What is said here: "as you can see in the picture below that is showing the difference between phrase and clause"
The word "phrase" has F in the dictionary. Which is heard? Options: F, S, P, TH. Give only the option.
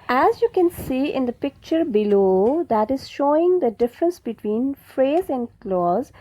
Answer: F